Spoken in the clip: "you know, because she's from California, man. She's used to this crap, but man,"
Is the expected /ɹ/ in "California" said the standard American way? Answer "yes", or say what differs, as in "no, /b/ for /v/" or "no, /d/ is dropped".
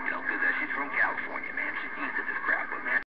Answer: yes